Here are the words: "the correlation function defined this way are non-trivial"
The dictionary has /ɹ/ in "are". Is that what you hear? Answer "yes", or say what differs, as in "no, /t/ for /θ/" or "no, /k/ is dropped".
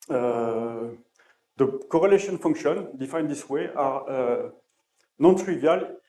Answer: yes